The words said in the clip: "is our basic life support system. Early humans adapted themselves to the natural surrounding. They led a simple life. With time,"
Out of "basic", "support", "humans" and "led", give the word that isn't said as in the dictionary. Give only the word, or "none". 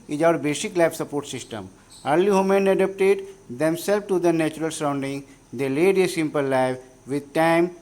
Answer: humans